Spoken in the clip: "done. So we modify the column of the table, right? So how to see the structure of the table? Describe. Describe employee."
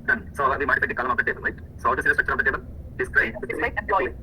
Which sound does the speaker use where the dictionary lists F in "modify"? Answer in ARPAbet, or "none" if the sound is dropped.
P